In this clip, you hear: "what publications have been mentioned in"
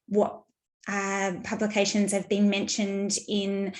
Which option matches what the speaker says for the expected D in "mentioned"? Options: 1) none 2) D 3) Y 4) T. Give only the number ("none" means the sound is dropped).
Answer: 2